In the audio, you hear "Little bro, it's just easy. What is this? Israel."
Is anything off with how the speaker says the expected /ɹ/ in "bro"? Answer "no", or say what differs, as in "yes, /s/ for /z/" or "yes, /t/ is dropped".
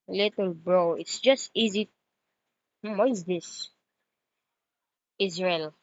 no